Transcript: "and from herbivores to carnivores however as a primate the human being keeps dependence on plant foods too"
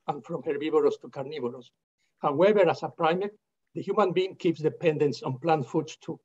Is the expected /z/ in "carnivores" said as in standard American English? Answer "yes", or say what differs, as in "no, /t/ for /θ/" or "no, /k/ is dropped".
no, /s/ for /z/